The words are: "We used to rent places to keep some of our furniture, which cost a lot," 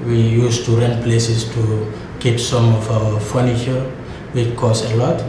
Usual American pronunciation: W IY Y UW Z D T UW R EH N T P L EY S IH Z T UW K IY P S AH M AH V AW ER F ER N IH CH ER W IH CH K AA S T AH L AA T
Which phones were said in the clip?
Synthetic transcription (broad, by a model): W IY Y UW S T UW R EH N P L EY S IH S T UW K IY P S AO M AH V AW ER F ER N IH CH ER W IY K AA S AH L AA T